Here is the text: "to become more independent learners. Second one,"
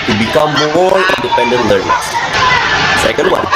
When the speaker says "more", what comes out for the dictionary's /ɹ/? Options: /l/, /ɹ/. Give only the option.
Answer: /l/